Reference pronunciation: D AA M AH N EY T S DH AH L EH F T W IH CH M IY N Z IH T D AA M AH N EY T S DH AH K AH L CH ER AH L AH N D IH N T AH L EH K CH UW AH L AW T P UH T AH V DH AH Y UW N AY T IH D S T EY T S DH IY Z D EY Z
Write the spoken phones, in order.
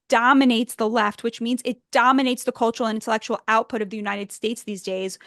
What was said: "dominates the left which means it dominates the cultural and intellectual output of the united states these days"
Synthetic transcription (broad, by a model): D AA M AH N EY T S DH AH L EH F T W IH CH M IY N Z IH T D AA M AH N EY T S DH AH K AH L CH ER L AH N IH N T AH L EH K CH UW L AW T P UH T AH V DH AH Y UW N AY T IH D S T EY T S DH IY Z D EY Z